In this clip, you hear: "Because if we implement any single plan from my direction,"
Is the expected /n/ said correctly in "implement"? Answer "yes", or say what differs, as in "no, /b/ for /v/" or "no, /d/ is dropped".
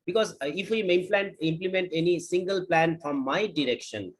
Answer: yes